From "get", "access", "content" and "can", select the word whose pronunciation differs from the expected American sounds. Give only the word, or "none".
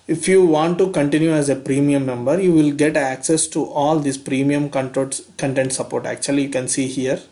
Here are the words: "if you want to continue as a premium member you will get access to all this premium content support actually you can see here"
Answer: none